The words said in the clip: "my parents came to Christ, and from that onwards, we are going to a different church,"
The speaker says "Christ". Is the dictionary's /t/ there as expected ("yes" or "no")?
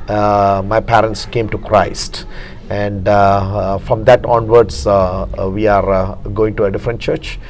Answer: yes